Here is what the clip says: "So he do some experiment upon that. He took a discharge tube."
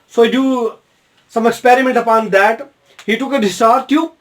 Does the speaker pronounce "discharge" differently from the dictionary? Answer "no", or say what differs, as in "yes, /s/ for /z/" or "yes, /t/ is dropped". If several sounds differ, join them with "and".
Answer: yes, /tʃ/ is dropped